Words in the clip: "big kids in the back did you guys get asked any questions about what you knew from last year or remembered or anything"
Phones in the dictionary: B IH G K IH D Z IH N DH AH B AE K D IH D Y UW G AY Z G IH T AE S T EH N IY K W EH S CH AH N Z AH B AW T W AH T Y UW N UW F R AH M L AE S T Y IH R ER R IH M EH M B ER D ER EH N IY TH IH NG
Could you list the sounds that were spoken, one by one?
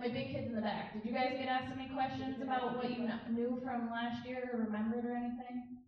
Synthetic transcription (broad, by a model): B IH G K IH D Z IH N DH AH B AE K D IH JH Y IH G AY Z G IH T AE S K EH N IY K W EH S CH AH N Z AH B AW T W AH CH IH N UW F R AH M L AE S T Y IH R ER R IH M EH M B ER D ER EH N IY TH IH NG